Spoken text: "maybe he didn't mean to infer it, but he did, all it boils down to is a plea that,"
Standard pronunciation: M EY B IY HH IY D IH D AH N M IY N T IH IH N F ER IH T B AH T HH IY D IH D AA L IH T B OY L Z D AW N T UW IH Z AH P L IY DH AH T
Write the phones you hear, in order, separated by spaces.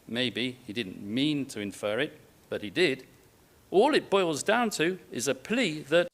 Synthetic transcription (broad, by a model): M EY B IY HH IY D IH D N M IY N T IH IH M F ER IH T B AH T HH IY D IH D AA L IH T B OY L Z D AW N T UW IH Z AH P L IY DH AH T